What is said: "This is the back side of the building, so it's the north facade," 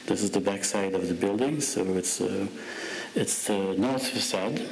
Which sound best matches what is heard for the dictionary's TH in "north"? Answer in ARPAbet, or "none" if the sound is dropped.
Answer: TH